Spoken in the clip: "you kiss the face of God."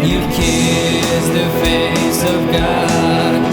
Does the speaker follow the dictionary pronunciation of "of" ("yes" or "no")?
yes